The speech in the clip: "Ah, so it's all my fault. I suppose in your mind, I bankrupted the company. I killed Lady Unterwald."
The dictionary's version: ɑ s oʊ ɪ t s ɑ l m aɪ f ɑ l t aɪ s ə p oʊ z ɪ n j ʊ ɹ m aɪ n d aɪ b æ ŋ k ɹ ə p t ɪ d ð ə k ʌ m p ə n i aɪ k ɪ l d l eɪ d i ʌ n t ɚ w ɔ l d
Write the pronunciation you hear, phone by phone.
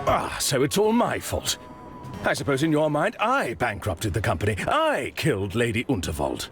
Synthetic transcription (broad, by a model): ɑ s oʊ ɪ t s ɑ l m aɪ f ɑ l t aɪ s ə p oʊ z ɪ n j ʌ ɹ m aɪ n d aɪ b æ ŋ k ɹ ə p t ɪ d ð ə k ʌ m p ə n i aɪ k ɪ l d l eɪ d i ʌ n t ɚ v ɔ l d